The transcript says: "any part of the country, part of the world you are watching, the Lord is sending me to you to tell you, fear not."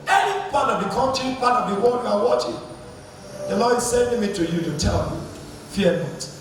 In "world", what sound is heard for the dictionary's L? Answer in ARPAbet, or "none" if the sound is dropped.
none